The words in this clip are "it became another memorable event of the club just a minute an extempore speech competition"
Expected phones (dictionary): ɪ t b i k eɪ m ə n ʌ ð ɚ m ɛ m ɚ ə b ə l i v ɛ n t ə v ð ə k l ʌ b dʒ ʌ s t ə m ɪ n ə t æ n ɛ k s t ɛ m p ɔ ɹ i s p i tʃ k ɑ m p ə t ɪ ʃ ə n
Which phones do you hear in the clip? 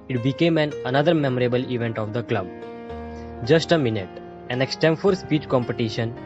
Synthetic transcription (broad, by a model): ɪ t b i k eɪ m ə n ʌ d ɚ m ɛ m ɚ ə b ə l i v ɛ n t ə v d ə k l ʌ b dʒ ʌ s t ə m ɪ n ə t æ n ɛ k s t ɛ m f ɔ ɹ s p i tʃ k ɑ m p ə t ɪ ʃ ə n